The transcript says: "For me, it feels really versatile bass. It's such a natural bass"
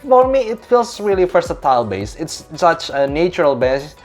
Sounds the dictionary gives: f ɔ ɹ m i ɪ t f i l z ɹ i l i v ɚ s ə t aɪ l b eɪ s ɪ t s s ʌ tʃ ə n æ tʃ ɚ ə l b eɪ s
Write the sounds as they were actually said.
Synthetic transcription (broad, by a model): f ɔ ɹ m i ɪ t f i l z ɹ i l i f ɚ s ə t aɪ l b eɪ s ɪ t s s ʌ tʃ ə n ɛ tʃ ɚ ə l b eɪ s